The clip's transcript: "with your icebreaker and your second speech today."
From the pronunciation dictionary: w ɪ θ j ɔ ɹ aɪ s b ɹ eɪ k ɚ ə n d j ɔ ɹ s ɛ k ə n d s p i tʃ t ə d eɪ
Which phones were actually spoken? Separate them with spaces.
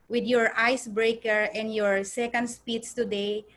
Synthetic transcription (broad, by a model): w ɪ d j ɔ ɹ aɪ s b ɹ eɪ k ɚ ə n d j ɔ ɹ s ɛ k ə n d s p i s t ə d eɪ